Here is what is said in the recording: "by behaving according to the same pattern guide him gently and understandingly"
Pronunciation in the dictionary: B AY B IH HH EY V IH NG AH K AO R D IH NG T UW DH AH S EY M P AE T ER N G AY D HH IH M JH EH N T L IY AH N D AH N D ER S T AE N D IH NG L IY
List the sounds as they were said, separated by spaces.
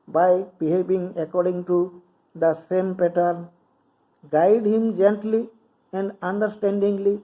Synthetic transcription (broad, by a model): B AY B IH HH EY B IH NG AH K AO R D IH NG T UW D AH S EY M P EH T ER N G AY D HH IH M JH EH N T L IY AH N D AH N D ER S T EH N D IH NG L IY